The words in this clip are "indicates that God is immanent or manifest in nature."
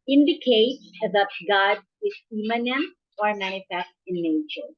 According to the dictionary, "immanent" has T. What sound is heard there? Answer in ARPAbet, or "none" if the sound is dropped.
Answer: none